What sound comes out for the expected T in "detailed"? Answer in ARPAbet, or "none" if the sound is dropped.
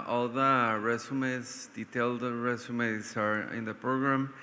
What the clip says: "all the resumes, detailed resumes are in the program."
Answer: T